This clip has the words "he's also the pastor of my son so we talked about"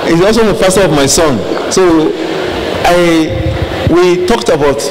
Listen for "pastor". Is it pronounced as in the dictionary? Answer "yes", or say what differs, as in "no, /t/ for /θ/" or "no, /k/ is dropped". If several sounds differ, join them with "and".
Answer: no, /f/ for /p/